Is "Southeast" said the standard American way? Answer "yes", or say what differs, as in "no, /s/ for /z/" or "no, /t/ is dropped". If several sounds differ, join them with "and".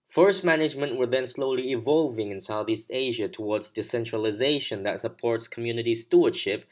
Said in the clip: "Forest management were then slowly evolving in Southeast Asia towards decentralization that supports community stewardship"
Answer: yes